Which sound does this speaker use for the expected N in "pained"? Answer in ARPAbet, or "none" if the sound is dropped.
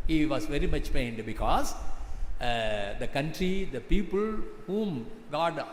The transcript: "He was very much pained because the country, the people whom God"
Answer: N